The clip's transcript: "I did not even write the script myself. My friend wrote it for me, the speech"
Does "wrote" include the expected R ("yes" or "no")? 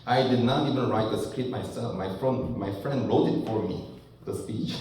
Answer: no